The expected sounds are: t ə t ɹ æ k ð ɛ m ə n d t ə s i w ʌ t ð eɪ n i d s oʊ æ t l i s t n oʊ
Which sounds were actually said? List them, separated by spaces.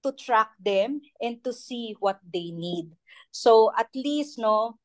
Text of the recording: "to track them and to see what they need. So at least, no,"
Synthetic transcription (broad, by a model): t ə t ɹ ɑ k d ɛ m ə n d t ə s i w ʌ t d eɪ n i d s oʊ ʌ t l i s t n oʊ